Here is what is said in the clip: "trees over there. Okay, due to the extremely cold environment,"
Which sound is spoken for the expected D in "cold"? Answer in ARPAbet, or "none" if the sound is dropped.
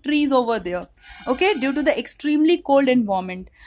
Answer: D